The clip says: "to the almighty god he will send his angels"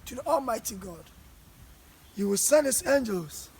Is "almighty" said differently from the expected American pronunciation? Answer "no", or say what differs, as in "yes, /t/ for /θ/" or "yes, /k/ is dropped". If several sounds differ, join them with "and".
no